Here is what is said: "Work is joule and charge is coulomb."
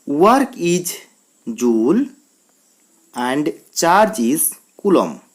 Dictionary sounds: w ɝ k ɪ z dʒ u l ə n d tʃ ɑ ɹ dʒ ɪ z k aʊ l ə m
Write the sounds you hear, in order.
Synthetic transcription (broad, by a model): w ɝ k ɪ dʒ dʒ u l ə n d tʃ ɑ ɹ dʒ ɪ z k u l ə m